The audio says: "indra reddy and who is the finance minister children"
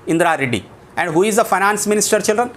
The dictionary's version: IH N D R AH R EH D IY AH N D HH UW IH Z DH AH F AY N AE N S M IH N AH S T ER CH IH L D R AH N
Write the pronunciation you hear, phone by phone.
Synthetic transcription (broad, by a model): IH N D R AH R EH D IY AH N D HH UW IH Z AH F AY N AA N S M IH N AH S T ER CH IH L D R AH N